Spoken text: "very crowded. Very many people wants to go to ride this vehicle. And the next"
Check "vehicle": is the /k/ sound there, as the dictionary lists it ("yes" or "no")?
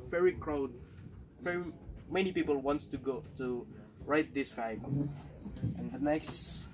no